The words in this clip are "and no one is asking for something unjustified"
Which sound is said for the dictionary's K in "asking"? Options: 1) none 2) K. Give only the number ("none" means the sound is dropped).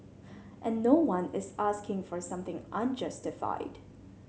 2